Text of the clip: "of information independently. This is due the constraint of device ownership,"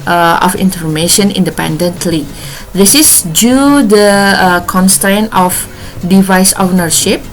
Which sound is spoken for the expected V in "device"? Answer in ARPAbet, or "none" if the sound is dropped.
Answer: V